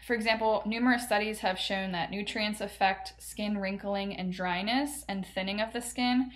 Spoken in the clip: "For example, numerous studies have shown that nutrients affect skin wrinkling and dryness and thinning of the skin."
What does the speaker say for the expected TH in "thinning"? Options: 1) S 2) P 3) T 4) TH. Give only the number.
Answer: 4